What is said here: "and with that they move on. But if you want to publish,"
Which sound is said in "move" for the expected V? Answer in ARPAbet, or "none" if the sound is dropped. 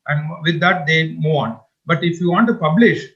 none